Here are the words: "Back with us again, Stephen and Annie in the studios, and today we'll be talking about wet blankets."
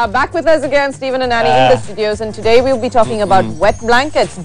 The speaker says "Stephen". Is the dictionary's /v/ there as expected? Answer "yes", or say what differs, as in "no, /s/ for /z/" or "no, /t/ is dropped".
yes